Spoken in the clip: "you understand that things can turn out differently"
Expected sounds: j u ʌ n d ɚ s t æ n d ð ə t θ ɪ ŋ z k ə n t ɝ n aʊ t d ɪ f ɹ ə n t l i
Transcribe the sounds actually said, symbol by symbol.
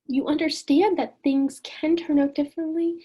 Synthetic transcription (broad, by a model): j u ʌ n d ɚ s t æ n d ð ə t θ ɪ ŋ z k ə n t ɝ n aʊ t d ɪ f ɹ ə n t l i